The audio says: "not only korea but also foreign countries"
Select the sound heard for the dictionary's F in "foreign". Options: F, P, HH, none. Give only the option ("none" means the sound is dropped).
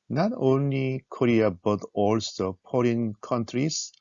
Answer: P